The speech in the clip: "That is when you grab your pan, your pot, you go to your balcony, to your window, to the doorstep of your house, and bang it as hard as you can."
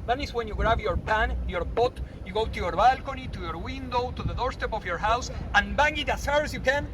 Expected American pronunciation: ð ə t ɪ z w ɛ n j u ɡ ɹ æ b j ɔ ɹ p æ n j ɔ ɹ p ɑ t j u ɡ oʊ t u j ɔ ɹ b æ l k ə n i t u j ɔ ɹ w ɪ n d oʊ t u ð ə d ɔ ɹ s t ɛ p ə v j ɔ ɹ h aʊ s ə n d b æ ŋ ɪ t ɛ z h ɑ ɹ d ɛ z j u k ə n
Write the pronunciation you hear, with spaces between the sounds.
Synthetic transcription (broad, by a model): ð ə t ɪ s w ɛ n j u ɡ ɹ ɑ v j ɔ ɹ p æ n j ɔ ɹ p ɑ t j u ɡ oʊ t u j ɔ ɹ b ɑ l k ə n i t u j ɔ ɹ w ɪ n d oʊ t u ð ə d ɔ ɹ s t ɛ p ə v j ɔ ɹ h aʊ s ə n b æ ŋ ɪ t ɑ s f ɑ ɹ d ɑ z j u k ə n